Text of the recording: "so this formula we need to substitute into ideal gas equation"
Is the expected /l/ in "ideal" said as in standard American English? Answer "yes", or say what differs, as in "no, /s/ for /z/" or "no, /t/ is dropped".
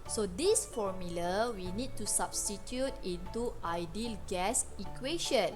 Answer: yes